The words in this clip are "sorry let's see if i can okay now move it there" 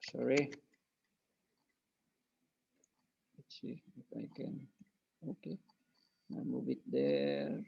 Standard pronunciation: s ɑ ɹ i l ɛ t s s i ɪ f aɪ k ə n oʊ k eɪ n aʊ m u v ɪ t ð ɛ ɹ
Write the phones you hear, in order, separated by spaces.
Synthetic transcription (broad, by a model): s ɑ ɹ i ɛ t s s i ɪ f aɪ k ə n oʊ k eɪ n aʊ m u b ɪ t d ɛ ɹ